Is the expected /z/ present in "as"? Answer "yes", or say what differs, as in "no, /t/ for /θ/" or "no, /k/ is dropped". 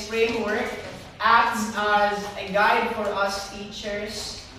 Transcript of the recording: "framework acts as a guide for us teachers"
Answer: yes